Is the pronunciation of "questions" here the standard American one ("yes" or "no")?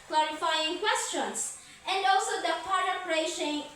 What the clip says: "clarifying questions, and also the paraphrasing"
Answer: no